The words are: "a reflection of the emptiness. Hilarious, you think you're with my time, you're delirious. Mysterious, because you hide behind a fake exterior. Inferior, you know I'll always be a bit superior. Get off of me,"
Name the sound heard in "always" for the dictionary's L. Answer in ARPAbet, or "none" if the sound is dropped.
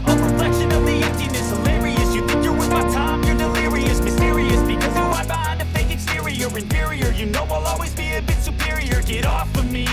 L